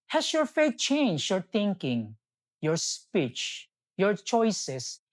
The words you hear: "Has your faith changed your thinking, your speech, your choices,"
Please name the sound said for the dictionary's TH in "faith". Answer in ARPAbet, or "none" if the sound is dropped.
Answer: T